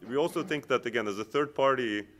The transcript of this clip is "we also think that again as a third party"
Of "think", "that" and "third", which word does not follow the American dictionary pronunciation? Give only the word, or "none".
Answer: none